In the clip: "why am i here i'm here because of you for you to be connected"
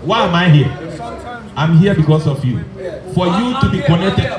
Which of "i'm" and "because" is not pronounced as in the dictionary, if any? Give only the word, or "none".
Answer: because